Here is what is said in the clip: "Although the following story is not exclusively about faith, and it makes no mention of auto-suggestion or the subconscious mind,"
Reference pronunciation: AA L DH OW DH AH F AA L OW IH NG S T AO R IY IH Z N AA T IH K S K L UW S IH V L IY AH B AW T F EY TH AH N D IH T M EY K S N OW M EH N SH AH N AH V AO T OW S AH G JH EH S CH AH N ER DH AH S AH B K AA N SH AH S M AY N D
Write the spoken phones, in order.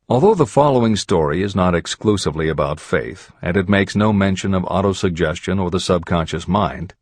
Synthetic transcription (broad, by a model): AA L DH OW DH AH F AA L OW IH NG S T AO R IY IH Z N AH T IH K S K L UW S IH V L IY AH B AW T F EY TH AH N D IH T M EY K S N OW M EH N SH AH N AH V AO T OW S AH G JH EH S CH AH N ER DH AH S AH B K AA N SH AH S M AY N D